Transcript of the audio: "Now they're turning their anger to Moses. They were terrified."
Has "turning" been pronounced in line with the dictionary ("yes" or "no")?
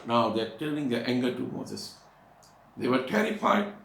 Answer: no